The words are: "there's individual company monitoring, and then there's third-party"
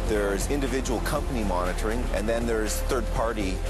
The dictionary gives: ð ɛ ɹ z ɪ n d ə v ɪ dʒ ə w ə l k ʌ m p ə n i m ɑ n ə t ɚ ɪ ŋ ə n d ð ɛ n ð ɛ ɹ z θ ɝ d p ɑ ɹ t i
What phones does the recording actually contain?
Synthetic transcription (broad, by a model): ð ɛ ɹ z ɪ n d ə v ɪ dʒ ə w l k ʌ m p ə n i m ɑ n ə t ɚ ɪ ŋ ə n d ð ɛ n ð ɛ ɹ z θ ɝ d p ɑ ɹ t i